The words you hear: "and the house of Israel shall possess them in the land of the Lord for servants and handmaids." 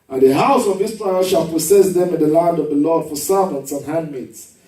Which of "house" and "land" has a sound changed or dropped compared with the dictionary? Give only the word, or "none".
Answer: none